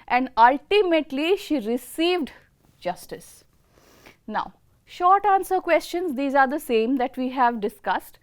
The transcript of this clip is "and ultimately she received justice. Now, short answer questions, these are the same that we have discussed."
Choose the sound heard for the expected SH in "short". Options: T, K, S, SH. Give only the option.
SH